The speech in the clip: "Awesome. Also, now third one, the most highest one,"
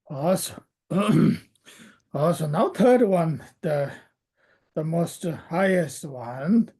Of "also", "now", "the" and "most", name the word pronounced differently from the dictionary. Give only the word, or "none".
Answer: also